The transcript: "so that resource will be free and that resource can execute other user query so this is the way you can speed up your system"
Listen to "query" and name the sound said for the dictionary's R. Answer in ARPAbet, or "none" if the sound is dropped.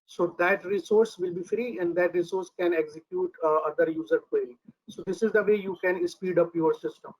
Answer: L